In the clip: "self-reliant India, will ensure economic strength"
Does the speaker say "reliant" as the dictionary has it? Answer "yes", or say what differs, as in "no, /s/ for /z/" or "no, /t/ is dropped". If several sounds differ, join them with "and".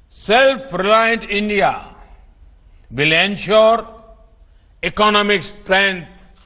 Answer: yes